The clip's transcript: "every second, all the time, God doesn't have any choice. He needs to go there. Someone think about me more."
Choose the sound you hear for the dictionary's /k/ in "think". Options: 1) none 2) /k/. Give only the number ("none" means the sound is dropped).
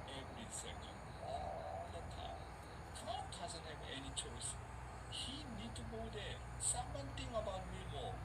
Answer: 1